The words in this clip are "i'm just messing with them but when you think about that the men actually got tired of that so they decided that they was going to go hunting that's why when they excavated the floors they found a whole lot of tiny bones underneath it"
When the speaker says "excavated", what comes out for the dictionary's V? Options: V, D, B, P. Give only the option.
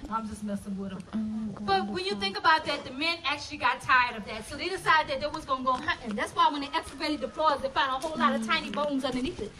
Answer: B